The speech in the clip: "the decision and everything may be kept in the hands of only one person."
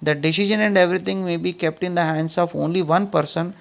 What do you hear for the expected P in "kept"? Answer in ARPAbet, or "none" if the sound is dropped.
P